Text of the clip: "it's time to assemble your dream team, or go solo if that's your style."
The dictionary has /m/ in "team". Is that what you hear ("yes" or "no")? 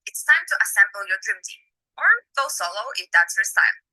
no